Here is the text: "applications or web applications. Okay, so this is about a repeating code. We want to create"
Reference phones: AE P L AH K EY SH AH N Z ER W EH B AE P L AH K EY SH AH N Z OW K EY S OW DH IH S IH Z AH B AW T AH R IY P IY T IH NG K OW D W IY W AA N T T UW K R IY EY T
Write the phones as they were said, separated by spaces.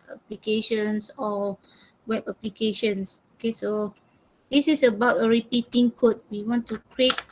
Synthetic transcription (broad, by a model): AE P L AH K EY SH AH N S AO W EH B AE P L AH K EY SH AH N S OW K EY S OW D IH S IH S AH B AW T AH R IY P IY T IH NG K OW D W IY W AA N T T UW K R IY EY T